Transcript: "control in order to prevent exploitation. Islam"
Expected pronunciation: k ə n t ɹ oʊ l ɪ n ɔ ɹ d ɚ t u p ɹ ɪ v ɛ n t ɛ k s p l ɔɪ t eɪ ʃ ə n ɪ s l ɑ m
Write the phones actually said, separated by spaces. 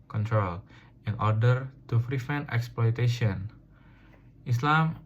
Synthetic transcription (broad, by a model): k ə n t ɹ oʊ l ɪ n ɔ ɹ d ɚ t u f ɹ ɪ f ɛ n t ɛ k s p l ɔɪ t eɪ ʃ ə n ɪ s l ɑ m